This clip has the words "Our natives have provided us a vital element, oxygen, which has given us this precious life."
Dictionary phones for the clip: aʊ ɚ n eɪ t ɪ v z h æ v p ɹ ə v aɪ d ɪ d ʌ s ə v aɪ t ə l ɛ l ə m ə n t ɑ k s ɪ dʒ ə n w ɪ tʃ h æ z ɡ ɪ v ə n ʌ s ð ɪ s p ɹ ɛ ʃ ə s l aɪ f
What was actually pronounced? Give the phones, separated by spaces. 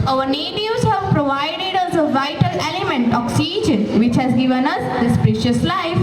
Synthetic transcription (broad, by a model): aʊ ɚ n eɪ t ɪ z h æ v p ɹ ə v aɪ d ɪ d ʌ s ə v aɪ t ə l ɛ l ə m ə n t ɑ k s ɪ dʒ ə n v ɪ tʃ h æ z ɡ ɪ v ə n ʌ s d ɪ s p ɹ ɛ ʃ ə s l aɪ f